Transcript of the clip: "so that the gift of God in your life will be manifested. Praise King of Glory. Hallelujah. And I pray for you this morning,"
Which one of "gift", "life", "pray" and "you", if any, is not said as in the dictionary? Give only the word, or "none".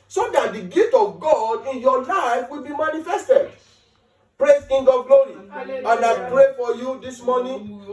gift